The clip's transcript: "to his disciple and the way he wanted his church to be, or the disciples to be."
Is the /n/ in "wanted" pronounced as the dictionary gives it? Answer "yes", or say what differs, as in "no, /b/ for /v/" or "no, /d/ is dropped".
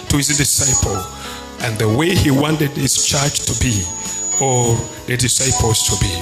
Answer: yes